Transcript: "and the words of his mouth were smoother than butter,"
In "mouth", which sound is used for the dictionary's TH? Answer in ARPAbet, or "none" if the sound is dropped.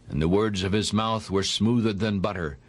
TH